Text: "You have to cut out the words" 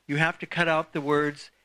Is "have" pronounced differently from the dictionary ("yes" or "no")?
yes